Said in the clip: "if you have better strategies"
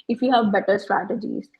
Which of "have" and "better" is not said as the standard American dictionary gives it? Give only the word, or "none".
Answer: none